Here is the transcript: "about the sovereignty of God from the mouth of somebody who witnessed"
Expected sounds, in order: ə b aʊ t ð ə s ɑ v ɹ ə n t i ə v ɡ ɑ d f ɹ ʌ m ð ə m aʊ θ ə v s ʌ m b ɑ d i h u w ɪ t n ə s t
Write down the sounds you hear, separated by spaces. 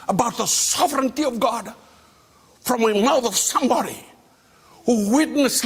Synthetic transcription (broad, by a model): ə b aʊ t ð ə s ɑ v ɹ ə n t i ə v ɡ ɑ d f ɹ ʌ m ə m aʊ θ ə v s ʌ m b ɑ d i h u w ɪ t n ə s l